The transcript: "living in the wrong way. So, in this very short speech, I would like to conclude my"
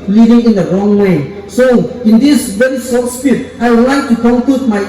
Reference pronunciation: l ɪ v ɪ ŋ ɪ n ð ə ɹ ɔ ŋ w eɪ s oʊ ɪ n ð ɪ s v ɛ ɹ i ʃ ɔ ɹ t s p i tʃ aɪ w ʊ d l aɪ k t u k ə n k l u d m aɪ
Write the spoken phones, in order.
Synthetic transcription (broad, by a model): l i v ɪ ŋ ɪ n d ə ɹ ɔ ŋ w eɪ s oʊ ɪ n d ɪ s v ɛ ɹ i s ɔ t s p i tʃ aɪ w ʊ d l aɪ k t u k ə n k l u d m aɪ